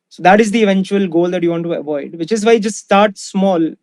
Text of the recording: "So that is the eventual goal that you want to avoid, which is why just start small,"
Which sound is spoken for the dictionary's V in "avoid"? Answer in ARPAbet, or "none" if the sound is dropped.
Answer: V